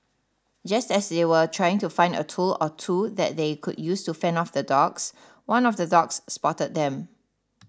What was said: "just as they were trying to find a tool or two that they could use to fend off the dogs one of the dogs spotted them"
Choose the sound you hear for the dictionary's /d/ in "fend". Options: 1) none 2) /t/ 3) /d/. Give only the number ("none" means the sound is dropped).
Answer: 1